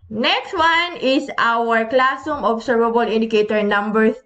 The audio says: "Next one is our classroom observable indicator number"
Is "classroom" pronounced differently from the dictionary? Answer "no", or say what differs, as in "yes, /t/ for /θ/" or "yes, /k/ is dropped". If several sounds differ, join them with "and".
yes, /ɹ/ is dropped